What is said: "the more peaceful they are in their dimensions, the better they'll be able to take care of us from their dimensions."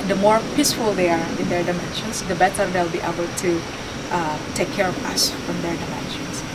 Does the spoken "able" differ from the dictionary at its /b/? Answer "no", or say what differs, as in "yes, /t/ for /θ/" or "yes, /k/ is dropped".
no